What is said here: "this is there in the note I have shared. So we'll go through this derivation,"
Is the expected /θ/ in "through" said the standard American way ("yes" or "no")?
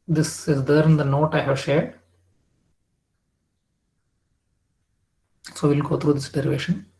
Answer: no